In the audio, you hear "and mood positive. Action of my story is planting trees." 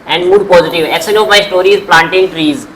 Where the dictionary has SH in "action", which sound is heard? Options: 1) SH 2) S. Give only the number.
2